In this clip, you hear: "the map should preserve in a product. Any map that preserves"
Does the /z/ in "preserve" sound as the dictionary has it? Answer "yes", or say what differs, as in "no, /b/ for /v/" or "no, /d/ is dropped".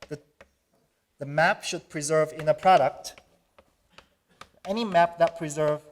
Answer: yes